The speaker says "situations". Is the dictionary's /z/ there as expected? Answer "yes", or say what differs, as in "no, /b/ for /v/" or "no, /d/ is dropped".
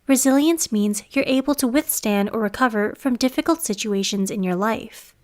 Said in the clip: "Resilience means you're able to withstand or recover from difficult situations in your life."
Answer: yes